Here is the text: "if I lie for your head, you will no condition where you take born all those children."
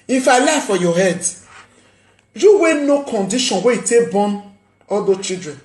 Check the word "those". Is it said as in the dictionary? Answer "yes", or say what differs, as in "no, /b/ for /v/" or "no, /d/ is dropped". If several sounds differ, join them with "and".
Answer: no, /z/ is dropped